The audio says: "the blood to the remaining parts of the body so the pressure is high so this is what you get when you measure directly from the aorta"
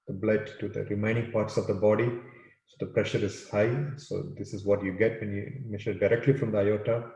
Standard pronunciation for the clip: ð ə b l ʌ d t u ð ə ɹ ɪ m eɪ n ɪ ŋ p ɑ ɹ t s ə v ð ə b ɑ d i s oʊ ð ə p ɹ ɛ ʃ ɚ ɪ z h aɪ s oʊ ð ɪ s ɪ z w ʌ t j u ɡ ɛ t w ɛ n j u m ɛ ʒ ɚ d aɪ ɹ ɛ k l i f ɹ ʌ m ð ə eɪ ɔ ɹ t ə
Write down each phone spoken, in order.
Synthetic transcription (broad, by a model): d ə b l ʌ d t u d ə ɹ ɪ m eɪ n ɪ ŋ p ɑ ɹ t s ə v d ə b ɑ d i s oʊ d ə p ɹ ɛ ʃ ɚ ɪ z h aɪ s oʊ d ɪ s ɪ z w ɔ t j u ɡ ɛ t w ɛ n j u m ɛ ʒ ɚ d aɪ ɹ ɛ k l i f ɹ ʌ m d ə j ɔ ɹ t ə